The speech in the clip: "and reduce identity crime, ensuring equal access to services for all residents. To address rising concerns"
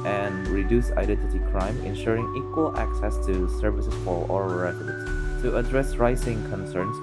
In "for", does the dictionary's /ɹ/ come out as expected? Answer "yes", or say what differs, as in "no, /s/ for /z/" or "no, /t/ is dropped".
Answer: no, /l/ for /ɹ/